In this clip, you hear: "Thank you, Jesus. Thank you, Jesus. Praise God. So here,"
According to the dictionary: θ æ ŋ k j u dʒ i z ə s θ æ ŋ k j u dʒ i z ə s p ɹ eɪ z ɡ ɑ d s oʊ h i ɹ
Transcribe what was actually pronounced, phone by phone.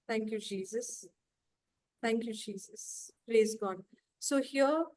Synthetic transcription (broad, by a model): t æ ŋ k j u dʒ i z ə s t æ ŋ k j u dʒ i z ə s p ɹ eɪ z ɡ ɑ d s oʊ h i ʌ